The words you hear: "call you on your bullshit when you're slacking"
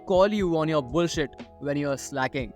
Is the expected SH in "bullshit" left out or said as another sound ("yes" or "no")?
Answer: no